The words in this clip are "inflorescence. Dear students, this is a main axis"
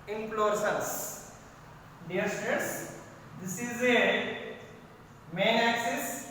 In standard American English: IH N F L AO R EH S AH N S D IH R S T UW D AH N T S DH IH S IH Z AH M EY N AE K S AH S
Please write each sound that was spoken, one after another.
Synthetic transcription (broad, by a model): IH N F L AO R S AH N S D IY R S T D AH T S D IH S IH Z AH M EY N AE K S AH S